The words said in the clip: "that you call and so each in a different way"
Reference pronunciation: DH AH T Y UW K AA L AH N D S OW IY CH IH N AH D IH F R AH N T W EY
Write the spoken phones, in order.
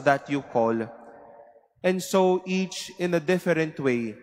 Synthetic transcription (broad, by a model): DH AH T Y UW K AA L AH N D S OW IY CH IH N AH D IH F R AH N T W EY